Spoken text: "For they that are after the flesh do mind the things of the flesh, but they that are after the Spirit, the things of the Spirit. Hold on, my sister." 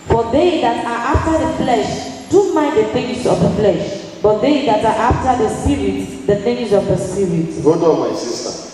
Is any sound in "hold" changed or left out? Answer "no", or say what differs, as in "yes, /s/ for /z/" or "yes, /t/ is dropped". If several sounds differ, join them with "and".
yes, /l/ is dropped